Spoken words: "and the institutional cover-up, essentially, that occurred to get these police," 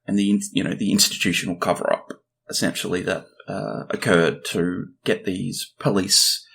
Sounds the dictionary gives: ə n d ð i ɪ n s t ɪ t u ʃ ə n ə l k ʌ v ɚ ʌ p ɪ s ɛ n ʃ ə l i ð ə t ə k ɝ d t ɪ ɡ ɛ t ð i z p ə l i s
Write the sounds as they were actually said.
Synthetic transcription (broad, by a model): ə n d ð i ɪ n s t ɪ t u ʃ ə n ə l k ʌ v ɚ ʌ p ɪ s ɛ n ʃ l i ð ə t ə k ɝ d t ɪ ɡ ɛ t ð i z p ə l i s